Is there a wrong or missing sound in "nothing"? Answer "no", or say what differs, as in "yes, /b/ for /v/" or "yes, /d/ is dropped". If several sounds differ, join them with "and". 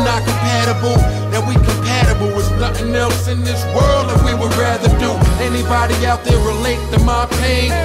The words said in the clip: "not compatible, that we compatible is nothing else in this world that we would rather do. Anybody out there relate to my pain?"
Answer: no